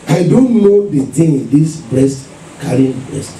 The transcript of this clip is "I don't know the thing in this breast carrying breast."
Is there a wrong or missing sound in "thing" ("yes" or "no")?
yes